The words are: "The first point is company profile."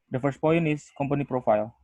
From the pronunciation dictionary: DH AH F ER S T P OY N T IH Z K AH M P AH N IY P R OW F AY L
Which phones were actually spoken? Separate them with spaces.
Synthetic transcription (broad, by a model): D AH F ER S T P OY N IH S K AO M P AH N IY P R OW F AY L